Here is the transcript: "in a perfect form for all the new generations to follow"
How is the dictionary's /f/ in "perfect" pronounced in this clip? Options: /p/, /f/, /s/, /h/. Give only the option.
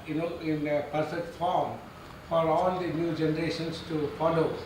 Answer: /p/